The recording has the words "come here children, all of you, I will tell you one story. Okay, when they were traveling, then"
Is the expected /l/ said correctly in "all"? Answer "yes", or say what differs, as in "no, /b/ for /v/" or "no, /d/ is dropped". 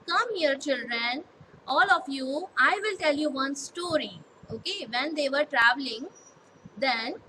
yes